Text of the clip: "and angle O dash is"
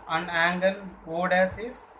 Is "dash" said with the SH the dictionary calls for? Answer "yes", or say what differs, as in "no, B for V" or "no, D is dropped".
no, S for SH